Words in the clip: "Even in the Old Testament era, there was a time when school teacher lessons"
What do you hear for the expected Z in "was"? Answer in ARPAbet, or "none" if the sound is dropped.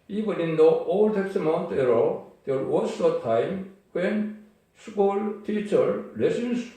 S